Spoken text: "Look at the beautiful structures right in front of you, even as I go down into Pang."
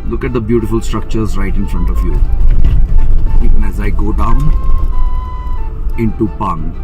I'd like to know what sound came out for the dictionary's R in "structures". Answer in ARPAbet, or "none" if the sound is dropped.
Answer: R